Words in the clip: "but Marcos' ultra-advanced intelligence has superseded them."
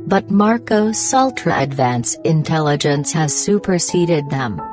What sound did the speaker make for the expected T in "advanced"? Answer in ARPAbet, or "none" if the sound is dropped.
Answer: none